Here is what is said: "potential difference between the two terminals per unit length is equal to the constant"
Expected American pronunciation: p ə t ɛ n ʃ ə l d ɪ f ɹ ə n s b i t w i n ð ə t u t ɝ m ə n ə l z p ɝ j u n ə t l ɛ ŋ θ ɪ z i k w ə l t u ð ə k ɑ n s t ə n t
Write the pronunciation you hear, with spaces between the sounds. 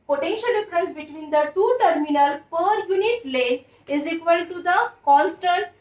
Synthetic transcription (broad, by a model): p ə t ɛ n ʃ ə l d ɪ f ɹ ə n s b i t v i n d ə t u t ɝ m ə n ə l p ɝ j u n ə t l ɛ ɪ z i k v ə l t u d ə k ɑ n s t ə n t